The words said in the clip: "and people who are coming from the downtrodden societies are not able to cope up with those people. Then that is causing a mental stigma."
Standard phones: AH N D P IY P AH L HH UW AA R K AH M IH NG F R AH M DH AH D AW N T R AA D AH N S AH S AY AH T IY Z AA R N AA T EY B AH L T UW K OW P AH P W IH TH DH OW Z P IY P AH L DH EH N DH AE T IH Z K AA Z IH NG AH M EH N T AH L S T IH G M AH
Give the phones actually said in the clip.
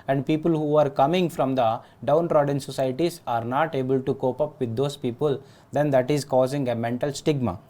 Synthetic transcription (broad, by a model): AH N D P IY P AH L HH UW AA R K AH M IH NG F R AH M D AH D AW N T R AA D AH N S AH S AY T IY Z AA R N AA T EY B AH L T UW K OW P AH P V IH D OW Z P IY P AH L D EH N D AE T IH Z K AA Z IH NG AH M EH N T AH L S T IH G M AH